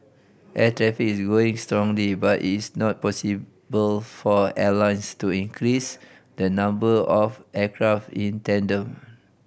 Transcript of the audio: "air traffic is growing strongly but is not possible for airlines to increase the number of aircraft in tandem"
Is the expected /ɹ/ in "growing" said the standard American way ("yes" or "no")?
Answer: no